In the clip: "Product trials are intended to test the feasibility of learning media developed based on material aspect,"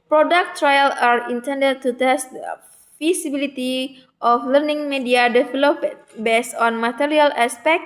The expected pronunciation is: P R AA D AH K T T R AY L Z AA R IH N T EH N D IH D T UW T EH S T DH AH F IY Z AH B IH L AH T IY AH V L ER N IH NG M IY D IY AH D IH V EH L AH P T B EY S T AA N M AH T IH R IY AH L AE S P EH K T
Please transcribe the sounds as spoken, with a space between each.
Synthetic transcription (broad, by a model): P R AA D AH K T T R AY L AA R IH N T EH N D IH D T UW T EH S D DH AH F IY S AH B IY L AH T IY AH F L ER N IH NG M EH D IY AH D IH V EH L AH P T B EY S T AA N M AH T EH R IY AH L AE S P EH K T